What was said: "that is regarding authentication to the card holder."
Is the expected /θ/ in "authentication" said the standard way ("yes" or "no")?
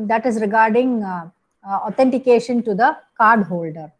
no